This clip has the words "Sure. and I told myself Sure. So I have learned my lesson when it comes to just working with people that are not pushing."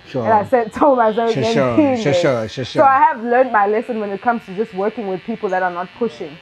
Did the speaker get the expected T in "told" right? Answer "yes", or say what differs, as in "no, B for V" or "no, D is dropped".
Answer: no, S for T